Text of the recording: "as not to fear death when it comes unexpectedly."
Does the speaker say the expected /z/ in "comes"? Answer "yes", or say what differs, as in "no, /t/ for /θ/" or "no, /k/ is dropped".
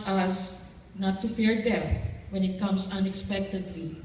no, /s/ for /z/